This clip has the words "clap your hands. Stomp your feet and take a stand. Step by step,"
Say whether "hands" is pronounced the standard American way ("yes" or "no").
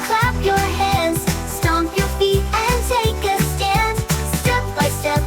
no